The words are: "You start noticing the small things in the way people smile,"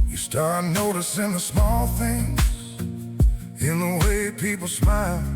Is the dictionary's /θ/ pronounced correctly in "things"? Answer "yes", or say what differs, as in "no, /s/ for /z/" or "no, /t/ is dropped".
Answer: yes